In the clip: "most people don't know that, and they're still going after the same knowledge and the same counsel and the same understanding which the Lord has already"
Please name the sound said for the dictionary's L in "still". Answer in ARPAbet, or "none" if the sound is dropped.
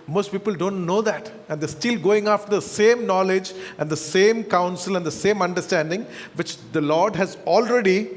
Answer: L